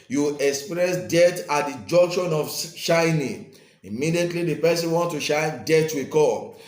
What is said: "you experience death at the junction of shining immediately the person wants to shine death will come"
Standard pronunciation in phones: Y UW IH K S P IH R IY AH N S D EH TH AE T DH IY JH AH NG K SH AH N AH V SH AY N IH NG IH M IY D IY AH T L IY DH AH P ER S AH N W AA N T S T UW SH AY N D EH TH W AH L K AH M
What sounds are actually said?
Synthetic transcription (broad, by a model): Y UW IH K S P R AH S D EH T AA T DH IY JH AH NG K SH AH N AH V SH AY N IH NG IH M IY D IY AH T L IY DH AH P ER S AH N W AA N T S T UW SH AY N D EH T W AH K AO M